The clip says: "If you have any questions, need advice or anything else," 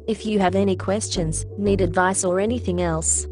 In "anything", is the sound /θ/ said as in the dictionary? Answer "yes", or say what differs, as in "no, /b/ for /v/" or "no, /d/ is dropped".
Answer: yes